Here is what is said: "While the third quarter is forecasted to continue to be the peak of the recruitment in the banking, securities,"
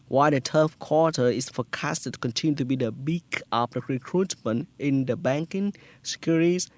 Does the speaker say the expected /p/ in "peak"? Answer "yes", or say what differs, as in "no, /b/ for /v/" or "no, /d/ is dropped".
no, /b/ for /p/